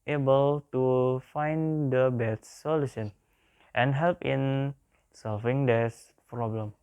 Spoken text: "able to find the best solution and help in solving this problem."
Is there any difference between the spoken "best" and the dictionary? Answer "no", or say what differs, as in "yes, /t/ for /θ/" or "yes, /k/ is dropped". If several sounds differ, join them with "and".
yes, /s/ is dropped